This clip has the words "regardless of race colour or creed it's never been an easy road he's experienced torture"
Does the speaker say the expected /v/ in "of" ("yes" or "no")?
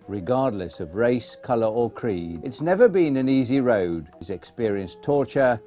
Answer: yes